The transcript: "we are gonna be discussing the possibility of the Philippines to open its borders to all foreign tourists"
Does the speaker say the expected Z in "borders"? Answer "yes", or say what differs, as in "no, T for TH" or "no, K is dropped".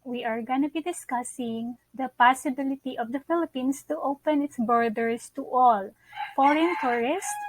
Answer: no, S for Z